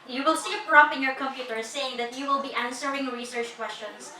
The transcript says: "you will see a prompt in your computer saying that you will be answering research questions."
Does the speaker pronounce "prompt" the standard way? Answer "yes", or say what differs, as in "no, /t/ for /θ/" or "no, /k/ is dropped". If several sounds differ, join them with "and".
no, /t/ is dropped